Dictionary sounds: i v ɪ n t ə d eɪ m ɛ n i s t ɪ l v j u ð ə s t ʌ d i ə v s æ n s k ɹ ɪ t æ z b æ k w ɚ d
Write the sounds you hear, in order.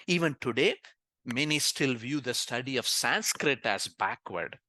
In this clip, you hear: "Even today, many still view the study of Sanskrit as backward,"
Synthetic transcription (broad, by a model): i v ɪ n t ə d eɪ m ɛ n i s t ɪ l v j u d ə s t ʌ d i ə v s æ n s k ɹ ɪ t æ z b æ k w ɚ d